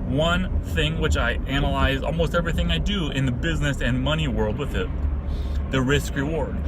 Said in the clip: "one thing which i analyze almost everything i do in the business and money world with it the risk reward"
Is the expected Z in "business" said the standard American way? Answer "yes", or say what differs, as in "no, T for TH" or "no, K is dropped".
yes